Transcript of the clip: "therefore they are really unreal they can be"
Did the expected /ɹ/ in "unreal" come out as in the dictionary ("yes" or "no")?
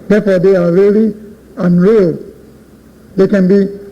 yes